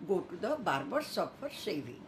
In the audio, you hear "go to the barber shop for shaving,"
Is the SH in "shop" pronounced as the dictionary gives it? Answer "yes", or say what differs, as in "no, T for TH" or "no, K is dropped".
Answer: no, S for SH